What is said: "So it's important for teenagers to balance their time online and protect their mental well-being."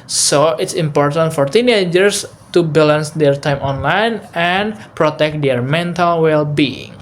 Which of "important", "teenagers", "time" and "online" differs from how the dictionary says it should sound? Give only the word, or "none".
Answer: teenagers